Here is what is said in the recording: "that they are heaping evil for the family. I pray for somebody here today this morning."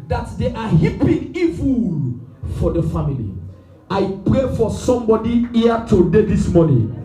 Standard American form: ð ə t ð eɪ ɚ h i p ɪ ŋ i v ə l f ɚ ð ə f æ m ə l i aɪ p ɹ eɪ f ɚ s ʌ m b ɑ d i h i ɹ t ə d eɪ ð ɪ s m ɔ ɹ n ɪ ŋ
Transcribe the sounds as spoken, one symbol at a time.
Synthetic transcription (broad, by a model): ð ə t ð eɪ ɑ h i p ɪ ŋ i v ə l f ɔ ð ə f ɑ m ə l i aɪ p ɹ eɪ f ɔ s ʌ m b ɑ d i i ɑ t ə d eɪ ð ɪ s m ɔ n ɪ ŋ